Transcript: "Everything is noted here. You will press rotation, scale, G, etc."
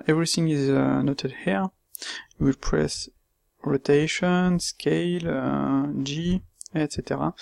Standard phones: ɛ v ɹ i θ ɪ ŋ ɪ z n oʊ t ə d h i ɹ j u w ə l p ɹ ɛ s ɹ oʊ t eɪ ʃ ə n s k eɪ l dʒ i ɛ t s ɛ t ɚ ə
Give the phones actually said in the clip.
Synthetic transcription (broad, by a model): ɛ v ɹ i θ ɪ ŋ ɪ z n oʊ t ə d h i ɹ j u w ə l p ɹ ɛ s ɹ oʊ t eɪ ʃ ə n s k eɪ l dʒ i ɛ t s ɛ t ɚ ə